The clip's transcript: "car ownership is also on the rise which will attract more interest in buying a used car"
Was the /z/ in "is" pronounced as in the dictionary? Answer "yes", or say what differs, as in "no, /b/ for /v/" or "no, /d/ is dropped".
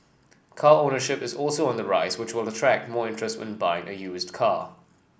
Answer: yes